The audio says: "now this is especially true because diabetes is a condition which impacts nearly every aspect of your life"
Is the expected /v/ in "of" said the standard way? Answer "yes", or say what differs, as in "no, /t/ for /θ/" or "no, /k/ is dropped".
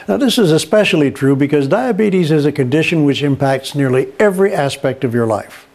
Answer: yes